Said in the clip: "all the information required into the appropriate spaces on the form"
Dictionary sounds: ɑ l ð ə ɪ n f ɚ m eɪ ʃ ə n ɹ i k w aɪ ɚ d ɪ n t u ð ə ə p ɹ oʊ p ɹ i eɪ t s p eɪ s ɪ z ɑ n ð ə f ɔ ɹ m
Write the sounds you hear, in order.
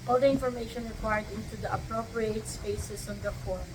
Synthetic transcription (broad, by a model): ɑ l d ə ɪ n f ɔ m eɪ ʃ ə n ɹ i k w aɪ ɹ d ɪ n t u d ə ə p ɹ oʊ p ɹ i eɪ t s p eɪ s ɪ s ɑ n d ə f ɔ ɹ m